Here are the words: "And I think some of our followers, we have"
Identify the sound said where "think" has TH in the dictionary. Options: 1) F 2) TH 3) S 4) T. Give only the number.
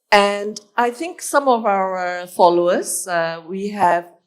2